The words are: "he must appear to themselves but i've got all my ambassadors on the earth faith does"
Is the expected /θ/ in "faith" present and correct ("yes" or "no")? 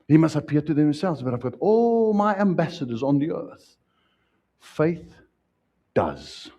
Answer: yes